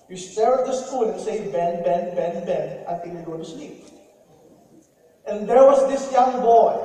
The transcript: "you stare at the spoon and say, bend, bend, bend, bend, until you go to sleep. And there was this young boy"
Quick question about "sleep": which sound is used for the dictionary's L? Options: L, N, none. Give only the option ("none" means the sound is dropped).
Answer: N